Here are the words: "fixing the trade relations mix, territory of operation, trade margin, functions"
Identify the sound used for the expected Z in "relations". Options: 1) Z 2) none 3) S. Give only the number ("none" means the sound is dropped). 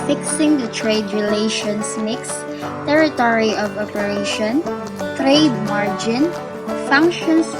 3